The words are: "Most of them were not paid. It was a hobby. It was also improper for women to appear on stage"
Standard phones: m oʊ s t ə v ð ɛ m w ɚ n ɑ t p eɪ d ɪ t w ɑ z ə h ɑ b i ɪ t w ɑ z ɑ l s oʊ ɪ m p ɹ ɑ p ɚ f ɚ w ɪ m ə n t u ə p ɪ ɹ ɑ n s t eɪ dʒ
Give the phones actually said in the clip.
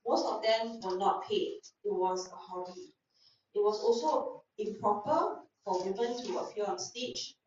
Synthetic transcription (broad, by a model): m oʊ s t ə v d ɛ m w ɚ n ɑ t p eɪ ɪ t w ɑ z ə h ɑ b i ɪ t w ɑ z ɑ l s oʊ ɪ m p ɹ ɑ p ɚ f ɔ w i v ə n t u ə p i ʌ ɑ n s t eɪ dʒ